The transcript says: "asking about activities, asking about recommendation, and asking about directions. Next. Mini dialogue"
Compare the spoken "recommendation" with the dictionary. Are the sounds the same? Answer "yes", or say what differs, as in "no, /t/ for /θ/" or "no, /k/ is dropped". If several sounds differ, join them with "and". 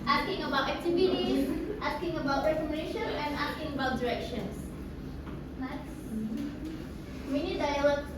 no, /m/ is dropped